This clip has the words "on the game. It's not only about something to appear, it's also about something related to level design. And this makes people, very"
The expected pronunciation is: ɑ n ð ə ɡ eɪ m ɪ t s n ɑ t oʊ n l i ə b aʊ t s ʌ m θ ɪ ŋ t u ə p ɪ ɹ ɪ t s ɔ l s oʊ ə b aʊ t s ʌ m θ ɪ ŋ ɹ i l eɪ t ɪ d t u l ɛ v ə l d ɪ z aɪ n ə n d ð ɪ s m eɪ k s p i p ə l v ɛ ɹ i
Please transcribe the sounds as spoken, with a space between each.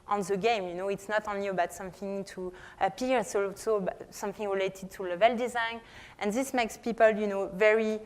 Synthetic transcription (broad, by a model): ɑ n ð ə ɡ eɪ m ɪ t s n ɑ t oʊ n l i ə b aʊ t s ʌ m θ ɪ ŋ t u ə p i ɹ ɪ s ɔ s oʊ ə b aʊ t s ʌ m θ ɪ ŋ ɹ i l eɪ t ɪ d t u l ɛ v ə l d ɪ z aɪ n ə n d ð ɪ s m eɪ k s p i p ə l v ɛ ɹ i